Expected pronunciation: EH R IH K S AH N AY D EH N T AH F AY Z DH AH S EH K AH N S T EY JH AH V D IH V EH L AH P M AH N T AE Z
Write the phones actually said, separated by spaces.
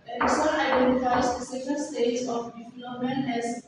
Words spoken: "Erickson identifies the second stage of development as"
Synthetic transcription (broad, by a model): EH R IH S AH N AY D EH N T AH F AY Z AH S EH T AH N S T EY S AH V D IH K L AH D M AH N AE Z